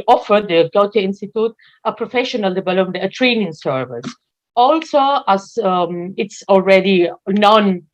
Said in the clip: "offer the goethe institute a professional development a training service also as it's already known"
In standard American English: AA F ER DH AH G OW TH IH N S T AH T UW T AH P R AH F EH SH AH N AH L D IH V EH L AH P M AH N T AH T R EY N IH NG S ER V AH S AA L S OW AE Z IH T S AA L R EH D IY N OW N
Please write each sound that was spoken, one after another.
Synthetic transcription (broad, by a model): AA F ER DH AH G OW T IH N S T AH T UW T AH P R AH F EH SH AH N AH L D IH V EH L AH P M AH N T AH T R EY N IH NG S ER V AH S AA L S OW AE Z IH T S AA L R EH D IY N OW N